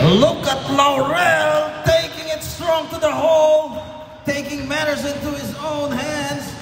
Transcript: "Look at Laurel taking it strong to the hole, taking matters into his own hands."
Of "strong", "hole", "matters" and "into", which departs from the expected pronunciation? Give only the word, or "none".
none